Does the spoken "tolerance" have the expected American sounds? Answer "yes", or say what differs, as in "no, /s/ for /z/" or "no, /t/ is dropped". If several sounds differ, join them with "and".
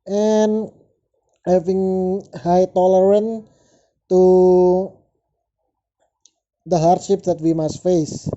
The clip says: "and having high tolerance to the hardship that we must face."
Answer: no, /s/ is dropped